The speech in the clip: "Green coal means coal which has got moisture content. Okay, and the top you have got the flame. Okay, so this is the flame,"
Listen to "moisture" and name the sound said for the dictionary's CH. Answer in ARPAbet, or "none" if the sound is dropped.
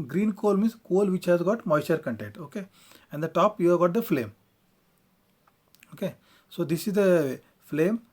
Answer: none